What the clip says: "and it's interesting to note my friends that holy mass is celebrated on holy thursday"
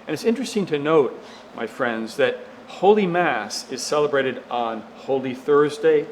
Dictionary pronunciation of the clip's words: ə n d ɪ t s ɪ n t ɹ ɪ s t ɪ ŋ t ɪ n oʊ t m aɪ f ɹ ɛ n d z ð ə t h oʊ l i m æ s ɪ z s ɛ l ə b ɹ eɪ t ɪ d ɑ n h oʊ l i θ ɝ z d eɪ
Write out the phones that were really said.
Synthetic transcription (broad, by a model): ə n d ɪ t s ɪ n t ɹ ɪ s t ɪ ŋ t ɪ n oʊ t m aɪ f ɹ ɛ n d z ð ə t h oʊ l i m æ s ɪ z s ɛ l ə b ɹ eɪ t ɪ d n h oʊ l i θ ɝ z d eɪ